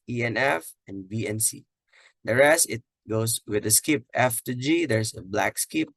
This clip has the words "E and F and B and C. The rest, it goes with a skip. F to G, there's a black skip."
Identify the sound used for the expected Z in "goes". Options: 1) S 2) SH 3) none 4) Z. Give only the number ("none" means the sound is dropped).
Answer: 1